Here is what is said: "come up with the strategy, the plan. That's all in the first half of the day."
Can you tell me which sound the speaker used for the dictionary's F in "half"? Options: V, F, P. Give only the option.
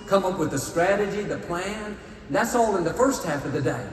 F